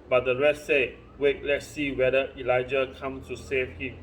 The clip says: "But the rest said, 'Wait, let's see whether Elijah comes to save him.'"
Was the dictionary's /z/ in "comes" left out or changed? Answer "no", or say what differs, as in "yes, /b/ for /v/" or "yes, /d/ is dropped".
yes, /z/ is dropped